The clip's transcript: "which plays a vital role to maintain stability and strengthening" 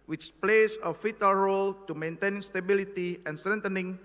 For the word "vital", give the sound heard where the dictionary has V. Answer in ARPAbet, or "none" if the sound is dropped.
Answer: F